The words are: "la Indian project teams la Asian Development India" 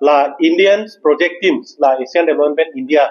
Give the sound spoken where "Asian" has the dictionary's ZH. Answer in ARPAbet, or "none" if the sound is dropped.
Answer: S